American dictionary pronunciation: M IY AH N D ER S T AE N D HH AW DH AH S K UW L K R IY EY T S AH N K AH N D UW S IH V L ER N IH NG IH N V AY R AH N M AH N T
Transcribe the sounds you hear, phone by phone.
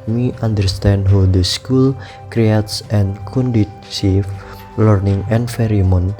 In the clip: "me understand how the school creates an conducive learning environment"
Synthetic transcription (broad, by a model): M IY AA N D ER S T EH N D HH AW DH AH S K UW L K R IY EY T S AH N K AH N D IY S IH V L ER N IH NG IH N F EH R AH M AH N